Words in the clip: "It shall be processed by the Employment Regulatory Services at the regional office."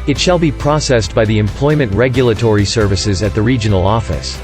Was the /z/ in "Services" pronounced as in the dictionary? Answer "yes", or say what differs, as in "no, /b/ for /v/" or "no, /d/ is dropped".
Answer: yes